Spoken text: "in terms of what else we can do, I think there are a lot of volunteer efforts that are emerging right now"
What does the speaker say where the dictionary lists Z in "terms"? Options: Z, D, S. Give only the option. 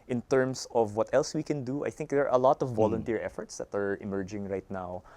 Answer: S